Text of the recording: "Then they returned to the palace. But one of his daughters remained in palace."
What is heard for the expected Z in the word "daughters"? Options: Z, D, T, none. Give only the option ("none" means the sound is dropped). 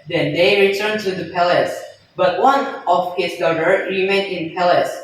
none